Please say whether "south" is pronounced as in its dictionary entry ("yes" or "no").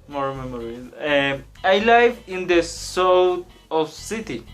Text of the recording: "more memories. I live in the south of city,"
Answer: no